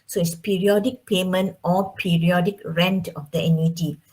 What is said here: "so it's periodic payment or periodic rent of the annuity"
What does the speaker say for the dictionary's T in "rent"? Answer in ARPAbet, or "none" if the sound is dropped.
T